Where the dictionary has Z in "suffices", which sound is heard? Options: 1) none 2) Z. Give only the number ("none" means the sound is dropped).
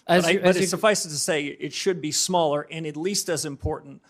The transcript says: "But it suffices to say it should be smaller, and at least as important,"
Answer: 1